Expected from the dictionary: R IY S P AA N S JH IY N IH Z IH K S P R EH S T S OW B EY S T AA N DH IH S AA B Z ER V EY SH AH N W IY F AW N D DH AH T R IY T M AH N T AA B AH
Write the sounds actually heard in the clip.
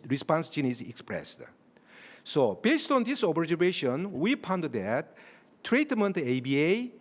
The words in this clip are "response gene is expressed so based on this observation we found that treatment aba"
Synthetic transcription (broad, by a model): R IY S P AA N S JH IY N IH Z IH K S P R EH S T S OW B EY S T AA N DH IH S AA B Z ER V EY SH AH N W IY P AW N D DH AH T R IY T M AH N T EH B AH